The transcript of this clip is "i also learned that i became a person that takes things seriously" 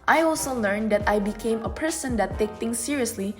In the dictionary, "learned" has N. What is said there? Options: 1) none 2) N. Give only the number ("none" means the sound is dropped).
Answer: 2